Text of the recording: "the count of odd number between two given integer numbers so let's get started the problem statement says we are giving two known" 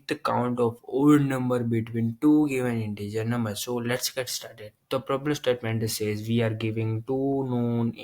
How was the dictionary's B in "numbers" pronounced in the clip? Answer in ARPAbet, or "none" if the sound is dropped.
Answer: none